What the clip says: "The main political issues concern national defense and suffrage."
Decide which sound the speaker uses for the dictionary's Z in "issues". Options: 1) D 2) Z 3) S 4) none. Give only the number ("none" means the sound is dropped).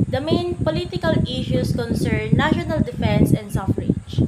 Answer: 3